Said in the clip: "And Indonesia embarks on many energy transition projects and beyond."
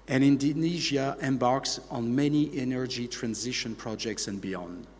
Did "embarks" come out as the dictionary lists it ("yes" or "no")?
yes